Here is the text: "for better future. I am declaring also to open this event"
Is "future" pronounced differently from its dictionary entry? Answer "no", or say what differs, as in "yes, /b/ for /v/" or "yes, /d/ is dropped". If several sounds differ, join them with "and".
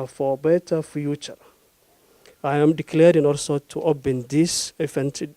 no